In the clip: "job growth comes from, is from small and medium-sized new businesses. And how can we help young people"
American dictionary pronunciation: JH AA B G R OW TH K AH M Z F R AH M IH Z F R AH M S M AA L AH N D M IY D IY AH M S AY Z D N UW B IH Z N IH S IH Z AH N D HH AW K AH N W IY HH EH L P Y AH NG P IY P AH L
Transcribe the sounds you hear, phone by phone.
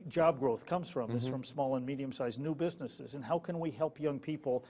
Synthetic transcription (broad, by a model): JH AA B G R OW TH K AH M Z F R AH M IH S F R AH M S M AA L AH N M IY D IY AH M S AY Z N UW B IH Z N IH S IH Z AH N HH AW K AH N W IY HH EH L P Y AH NG P IY P L